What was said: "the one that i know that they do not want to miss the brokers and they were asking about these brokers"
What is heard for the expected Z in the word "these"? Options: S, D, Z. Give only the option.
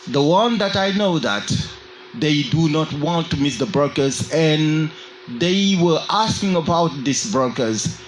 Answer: S